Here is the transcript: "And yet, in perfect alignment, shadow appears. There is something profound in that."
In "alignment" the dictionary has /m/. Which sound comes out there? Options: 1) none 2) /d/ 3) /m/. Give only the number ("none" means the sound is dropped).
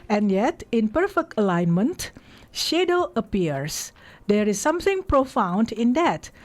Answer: 3